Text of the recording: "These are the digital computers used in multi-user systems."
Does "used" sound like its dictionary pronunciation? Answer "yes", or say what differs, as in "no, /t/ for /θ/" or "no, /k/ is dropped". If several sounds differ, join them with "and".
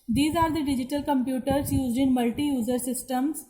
yes